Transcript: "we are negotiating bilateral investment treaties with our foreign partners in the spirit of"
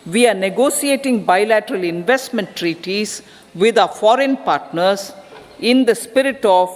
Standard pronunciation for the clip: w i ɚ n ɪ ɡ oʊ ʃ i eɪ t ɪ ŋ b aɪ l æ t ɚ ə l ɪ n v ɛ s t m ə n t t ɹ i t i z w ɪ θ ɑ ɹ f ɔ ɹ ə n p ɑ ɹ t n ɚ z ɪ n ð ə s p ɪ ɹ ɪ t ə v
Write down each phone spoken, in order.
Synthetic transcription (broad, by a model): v i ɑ n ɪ ɡ oʊ s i eɪ t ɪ ŋ b aɪ l æ t ɚ ə l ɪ n v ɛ s t m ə n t t ɹ i t i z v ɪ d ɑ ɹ f ɔ ɹ ə n p ɑ ɹ t n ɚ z ɪ n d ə s p ɪ ɹ ɪ t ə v